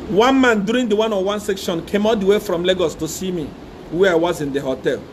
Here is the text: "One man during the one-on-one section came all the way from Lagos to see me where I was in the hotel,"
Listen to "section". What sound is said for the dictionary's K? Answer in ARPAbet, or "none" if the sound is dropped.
K